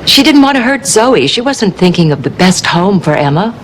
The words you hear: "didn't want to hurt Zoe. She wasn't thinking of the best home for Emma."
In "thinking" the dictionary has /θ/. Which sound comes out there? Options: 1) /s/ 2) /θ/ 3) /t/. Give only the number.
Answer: 2